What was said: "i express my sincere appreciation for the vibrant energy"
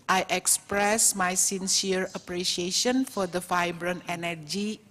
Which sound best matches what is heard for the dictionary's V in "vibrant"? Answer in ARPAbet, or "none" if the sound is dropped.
F